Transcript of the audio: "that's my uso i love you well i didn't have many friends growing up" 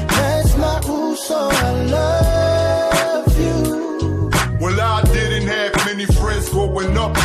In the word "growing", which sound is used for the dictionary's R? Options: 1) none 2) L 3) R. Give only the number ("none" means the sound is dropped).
1